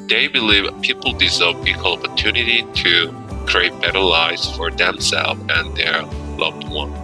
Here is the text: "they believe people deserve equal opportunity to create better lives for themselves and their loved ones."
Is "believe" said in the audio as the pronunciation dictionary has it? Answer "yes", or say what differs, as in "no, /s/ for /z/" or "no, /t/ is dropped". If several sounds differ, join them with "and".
yes